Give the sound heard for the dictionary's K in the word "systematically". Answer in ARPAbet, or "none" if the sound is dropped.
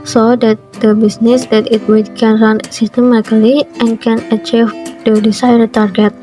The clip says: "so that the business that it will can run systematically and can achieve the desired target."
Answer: none